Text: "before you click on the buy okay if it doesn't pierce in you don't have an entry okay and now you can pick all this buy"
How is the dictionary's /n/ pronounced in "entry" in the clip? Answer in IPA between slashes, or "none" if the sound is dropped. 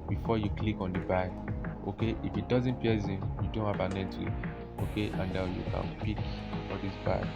none